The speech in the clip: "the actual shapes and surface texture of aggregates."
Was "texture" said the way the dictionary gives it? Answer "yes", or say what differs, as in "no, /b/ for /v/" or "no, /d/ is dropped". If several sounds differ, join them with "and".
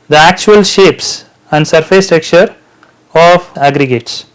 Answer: no, /s/ is dropped